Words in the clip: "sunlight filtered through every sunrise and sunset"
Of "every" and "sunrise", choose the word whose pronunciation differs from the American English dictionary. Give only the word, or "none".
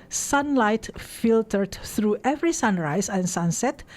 sunrise